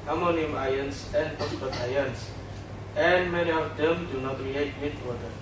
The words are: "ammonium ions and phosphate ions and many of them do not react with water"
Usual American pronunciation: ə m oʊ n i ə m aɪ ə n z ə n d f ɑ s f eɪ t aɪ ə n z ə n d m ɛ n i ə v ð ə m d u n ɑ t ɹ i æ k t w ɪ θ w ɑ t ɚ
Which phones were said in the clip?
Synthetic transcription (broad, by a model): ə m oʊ n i m aɪ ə n s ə n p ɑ s p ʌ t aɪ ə n s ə n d m ɛ n i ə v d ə m d u n ɑ t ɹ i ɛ t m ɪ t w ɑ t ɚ